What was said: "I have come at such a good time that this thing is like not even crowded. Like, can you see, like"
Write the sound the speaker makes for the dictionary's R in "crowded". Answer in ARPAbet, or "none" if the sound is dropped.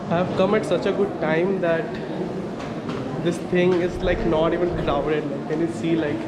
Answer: L